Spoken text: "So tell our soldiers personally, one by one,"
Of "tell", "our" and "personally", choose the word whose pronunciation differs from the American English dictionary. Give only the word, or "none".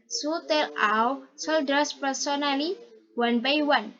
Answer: our